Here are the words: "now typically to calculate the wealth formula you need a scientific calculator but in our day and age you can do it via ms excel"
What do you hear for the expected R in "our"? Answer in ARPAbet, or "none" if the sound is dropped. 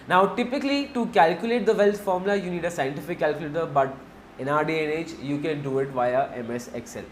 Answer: R